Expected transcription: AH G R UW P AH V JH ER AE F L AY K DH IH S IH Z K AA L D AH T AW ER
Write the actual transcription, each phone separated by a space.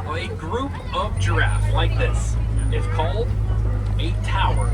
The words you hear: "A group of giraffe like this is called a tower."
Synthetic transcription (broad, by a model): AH G R UW P AH V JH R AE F L AY K DH IH S IH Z K AA L D AH T AW ER